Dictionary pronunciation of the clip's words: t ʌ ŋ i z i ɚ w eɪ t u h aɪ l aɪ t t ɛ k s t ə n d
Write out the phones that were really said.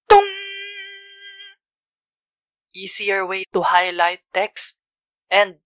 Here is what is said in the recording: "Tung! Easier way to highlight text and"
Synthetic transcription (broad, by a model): t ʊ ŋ i s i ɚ w eɪ t u h aɪ l aɪ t t ɛ k s t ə n d